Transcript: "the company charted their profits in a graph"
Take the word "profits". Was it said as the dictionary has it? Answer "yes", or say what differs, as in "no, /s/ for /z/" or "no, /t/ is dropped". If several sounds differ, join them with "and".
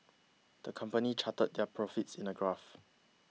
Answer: yes